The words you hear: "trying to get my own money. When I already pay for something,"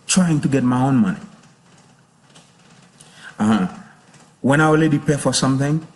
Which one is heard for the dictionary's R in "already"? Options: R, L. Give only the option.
L